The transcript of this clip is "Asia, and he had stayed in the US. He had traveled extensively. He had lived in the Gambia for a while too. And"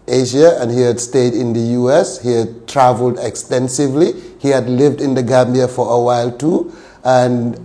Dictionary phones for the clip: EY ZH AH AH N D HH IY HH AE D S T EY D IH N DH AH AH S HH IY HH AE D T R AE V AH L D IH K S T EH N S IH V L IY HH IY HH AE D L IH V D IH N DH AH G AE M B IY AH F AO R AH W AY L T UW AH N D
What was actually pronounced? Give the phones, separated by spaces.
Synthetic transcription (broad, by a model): EY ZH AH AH N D HH IY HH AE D S T EY D IH N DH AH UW S HH IY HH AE D T R AE V AH L D IH K S T EH N S IH V L IY HH IY HH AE D L IH V D IH N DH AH G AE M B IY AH F AO R AH W AY L T UW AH N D